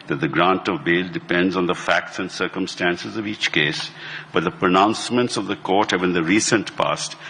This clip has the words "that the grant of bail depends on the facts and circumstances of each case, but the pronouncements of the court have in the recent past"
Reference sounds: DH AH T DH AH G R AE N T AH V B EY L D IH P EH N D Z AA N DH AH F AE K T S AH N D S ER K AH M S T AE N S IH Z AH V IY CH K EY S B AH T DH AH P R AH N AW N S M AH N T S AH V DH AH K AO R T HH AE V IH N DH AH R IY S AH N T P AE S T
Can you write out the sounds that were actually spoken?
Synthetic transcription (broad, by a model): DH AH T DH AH G R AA N T AH V B EY L D IH P EH N D Z N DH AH F AE K T S AH N D S ER K AH M S T AE N S IH Z AH V IY CH K EY S B AH T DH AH P R AH N AW N S M AH N T S AH V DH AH K AO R T HH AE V IH N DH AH R IY S AH N T P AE S T